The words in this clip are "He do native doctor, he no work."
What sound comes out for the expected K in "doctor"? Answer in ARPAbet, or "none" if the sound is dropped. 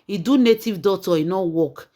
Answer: none